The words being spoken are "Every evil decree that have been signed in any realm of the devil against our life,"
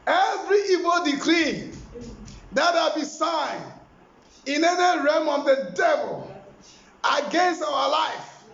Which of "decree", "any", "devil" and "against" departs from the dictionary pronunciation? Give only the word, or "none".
none